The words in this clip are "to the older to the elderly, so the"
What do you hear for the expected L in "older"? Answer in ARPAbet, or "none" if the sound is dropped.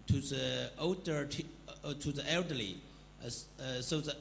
none